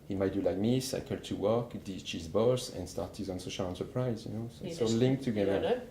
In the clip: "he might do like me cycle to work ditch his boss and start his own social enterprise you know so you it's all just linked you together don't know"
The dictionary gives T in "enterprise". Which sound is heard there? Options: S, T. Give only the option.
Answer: S